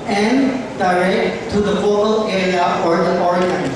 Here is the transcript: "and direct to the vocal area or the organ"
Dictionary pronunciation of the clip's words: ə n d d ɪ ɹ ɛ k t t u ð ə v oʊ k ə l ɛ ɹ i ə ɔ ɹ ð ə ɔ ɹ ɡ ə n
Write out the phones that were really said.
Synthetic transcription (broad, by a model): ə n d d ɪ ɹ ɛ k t t u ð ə f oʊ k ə l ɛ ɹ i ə ɔ ɹ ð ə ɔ ɹ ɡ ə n